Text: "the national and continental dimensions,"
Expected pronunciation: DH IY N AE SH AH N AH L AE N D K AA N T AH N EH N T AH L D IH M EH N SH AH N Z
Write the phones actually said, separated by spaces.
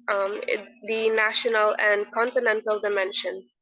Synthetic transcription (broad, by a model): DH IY N AE SH AH N AH L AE N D K AA N T AH N EH N T AH L D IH M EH N SH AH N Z